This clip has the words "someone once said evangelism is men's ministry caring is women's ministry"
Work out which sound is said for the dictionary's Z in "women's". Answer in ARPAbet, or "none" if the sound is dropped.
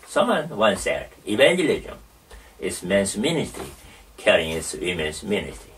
S